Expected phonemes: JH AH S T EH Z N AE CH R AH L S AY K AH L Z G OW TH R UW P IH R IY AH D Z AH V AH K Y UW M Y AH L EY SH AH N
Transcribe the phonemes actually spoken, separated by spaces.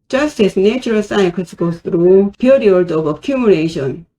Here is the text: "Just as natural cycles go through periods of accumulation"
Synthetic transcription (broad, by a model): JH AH S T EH S N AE CH R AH L S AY AH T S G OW T R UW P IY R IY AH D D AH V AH K Y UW M Y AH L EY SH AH N